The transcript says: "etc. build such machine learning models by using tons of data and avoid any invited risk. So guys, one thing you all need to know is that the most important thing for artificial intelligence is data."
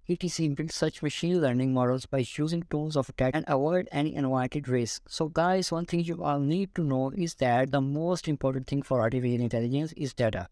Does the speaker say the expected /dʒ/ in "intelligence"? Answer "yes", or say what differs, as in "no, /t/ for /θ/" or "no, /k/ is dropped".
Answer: yes